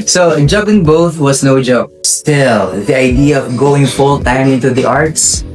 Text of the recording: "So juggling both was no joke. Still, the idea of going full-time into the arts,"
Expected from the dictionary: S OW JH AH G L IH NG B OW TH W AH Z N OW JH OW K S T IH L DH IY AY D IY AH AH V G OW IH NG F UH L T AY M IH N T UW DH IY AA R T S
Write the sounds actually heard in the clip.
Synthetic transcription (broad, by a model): S OW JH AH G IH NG B OW TH W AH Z N OW JH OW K S T IH L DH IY AY D IY AH AH V G OW IH NG F UH L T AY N IH N T UW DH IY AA R T S